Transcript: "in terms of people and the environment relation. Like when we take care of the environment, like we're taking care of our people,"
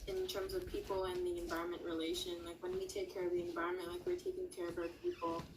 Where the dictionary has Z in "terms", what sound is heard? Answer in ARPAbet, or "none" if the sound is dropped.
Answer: Z